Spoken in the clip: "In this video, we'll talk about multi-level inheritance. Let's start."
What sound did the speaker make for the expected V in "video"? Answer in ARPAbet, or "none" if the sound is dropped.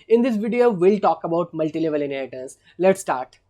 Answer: V